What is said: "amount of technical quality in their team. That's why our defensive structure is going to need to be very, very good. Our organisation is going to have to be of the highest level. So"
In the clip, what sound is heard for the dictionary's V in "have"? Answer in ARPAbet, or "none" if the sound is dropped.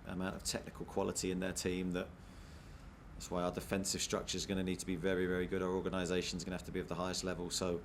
F